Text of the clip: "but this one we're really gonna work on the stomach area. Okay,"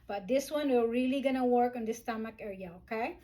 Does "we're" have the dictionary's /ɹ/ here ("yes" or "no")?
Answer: no